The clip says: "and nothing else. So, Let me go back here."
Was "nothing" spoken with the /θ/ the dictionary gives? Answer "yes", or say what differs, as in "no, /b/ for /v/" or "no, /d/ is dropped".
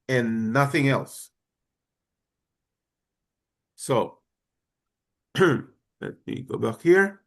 yes